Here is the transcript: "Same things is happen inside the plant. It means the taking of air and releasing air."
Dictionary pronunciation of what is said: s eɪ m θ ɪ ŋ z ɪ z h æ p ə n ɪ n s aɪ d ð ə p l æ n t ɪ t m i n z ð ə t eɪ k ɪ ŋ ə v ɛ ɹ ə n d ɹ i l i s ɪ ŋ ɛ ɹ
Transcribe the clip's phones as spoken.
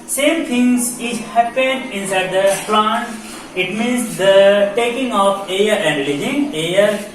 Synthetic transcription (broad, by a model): s eɪ m t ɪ ŋ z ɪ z h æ p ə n ɪ n s aɪ d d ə p l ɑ n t ɪ t m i n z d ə t eɪ k ɪ ŋ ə p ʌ ɹ ə n d l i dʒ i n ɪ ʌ ɹ